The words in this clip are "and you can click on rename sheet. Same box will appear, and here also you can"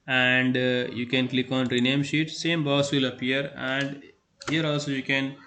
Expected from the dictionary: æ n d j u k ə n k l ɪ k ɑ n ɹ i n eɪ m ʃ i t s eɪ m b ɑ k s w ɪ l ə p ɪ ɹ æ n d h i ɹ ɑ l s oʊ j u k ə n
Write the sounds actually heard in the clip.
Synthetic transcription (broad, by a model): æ n d j u k ə n k l ɪ k ɑ n ɹ i n eɪ m ʃ i t s eɪ m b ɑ s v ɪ l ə p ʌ ɹ æ n d h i ɹ ɑ l s oʊ j u k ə n